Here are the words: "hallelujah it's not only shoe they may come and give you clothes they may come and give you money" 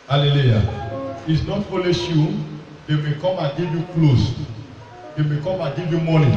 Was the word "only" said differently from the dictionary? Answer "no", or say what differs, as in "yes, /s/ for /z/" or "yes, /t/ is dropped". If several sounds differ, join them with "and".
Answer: yes, /n/ is dropped